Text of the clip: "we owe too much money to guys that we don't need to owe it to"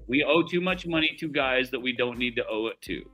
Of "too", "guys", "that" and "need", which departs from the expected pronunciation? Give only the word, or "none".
none